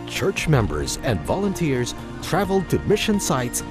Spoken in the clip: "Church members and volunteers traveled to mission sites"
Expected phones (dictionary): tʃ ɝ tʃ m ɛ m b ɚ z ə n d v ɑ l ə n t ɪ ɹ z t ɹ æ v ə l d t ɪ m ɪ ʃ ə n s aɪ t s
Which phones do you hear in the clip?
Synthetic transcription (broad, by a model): tʃ ɝ tʃ m ɛ m b ɚ z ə n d v ɑ l ə n t ɪ ɹ z t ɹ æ v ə l d t ɪ m ɪ ʃ ə n s aɪ t s